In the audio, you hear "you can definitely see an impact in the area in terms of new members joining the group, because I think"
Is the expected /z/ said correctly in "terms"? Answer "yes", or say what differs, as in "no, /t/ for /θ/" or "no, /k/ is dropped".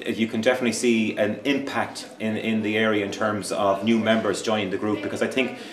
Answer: yes